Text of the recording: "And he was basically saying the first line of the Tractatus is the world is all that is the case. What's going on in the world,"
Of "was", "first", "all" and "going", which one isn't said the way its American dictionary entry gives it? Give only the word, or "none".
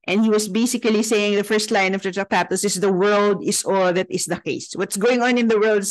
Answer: was